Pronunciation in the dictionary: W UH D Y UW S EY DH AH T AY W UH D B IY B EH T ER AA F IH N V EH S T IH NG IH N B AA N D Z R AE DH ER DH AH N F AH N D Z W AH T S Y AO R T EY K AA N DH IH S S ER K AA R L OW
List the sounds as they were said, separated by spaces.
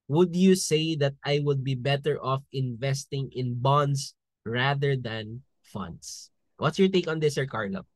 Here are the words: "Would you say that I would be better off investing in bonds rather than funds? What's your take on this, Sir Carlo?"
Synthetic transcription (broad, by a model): W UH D Y UW S EY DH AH T AY W UH D B IY B EH T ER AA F IH N V EH S T IH NG IH N B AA N D S R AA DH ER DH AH N F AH N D S W AH T S Y AO R T EY K AA N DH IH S S ER K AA R L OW